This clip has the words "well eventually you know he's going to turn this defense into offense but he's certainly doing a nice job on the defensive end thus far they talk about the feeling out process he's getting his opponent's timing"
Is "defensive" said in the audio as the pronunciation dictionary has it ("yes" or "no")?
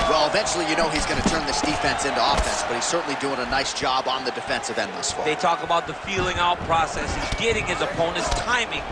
yes